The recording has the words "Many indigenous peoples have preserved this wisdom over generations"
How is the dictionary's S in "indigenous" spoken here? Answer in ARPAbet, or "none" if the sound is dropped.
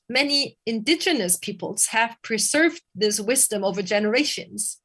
S